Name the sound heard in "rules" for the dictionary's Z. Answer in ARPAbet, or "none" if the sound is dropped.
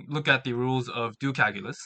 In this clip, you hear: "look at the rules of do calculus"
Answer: Z